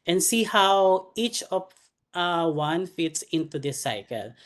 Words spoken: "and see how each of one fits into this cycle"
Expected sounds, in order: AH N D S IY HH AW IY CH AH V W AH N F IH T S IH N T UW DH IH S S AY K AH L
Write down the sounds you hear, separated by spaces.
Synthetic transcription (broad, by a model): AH N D S IY HH AW IY CH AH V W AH N F IH T S IH N T UW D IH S S AY K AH L